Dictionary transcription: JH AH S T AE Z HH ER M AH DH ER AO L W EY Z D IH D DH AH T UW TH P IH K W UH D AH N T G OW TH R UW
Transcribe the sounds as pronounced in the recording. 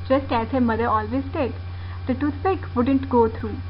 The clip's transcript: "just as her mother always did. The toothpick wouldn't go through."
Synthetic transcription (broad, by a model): JH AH S T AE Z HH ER M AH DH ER AO L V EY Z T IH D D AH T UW S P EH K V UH D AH N T G OW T R UW